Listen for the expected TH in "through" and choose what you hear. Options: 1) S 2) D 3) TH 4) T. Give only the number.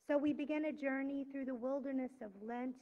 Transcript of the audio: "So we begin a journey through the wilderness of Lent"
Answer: 3